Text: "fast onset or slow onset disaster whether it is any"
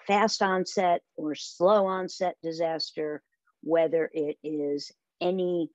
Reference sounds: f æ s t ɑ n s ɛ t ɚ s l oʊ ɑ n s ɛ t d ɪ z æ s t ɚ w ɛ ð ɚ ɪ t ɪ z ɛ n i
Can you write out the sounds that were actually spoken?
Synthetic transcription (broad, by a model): f æ s t ɑ n s ɛ t ɚ s l oʊ ɑ n s ɛ t d ɪ z æ s t ɚ w ɛ ð ɚ ɪ t ɪ z ɛ n i